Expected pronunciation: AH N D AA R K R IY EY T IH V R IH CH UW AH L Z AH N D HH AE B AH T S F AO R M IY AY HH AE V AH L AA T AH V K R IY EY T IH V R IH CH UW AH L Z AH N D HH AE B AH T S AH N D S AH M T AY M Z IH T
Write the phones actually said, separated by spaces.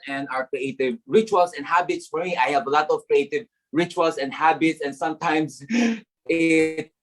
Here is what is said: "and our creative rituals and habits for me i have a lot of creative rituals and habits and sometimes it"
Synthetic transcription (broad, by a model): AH N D AA R K R IY EY T IH V R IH CH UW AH L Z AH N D HH AE B AH T S F AO R M IY AY HH AE V AH L AA T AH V K R IY EY T IH V R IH CH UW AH L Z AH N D HH AE B AH T S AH N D S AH M T AY M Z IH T